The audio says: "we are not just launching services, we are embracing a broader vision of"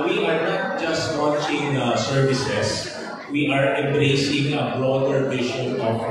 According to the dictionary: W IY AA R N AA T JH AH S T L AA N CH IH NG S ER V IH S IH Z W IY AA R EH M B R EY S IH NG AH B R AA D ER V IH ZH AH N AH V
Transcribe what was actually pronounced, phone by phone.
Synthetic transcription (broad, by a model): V IY AA R N AA T JH AH S T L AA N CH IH NG S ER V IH S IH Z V IY AA R EH M B R EY S IH NG AH B R AA D ER P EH SH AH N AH